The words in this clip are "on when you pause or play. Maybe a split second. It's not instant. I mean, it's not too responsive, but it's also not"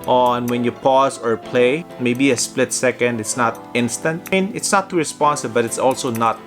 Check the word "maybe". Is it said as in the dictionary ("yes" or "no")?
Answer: yes